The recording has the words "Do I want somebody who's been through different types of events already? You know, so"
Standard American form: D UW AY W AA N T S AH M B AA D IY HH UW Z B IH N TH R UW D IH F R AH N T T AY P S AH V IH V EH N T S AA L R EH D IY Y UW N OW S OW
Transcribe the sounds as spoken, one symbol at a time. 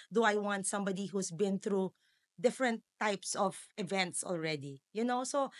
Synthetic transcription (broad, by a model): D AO AY W AA N T S AH M B AA D IY HH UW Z B IH N TH R UW D IH F R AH N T T AY P S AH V IH V EH N T S AA L R EH D IY Y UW N OW S OW